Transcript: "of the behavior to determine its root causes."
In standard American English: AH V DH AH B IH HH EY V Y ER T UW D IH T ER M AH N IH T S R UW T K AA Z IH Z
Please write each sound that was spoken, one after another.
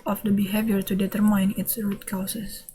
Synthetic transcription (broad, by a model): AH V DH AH B IH HH EY V Y ER T UW D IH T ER M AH N IH T S R UW T K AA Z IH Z